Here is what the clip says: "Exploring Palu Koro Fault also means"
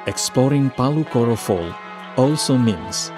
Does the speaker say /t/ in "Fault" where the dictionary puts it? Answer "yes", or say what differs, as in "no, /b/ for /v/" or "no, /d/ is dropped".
no, /t/ is dropped